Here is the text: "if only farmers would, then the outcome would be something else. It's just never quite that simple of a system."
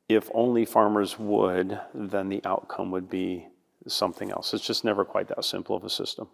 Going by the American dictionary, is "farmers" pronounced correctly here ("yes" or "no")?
yes